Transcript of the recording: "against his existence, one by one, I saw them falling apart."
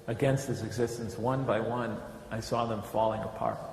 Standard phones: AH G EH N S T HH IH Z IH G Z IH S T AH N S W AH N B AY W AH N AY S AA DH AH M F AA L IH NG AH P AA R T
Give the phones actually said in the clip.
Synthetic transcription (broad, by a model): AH G EH N S T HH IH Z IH G Z IH S T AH N S W AH N B AY W AH N AY S AA DH AH M F AA L IH NG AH P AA R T